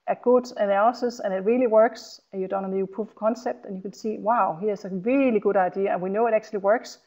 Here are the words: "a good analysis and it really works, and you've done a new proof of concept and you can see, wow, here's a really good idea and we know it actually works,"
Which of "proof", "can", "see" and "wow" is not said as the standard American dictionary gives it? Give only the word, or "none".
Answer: proof